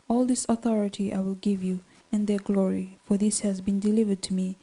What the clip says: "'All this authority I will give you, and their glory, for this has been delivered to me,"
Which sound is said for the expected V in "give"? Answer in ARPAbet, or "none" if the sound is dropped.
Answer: V